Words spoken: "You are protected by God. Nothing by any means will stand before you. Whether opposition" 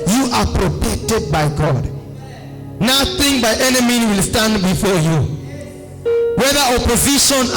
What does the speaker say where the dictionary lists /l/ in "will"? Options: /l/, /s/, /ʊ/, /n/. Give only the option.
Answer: /l/